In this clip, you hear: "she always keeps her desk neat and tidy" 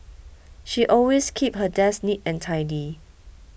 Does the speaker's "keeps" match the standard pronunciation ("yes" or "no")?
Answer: no